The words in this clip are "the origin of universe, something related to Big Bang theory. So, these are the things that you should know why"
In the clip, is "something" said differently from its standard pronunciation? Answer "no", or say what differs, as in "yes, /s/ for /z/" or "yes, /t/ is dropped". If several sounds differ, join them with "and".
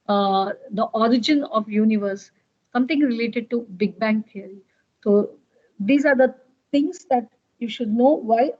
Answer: yes, /t/ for /θ/